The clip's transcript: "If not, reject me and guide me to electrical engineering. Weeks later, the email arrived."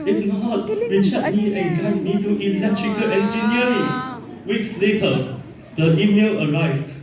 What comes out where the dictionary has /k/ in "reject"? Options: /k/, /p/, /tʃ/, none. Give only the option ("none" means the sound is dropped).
none